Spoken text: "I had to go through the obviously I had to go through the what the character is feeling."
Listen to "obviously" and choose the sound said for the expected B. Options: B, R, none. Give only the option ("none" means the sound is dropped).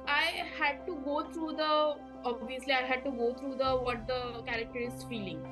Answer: B